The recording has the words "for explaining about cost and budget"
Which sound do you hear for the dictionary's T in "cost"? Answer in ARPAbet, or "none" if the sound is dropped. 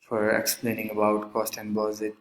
T